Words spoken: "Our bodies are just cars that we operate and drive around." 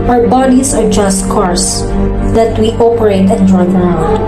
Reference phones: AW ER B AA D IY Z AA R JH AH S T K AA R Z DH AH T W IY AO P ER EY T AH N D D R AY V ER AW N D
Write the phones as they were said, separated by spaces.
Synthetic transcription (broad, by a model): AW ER B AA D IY S AA R JH AH S T K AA R S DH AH T W IY AO P ER EY T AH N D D R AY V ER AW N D